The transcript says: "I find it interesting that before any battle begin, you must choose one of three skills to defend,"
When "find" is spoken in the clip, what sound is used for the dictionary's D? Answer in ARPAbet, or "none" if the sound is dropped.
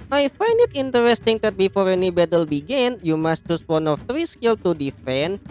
D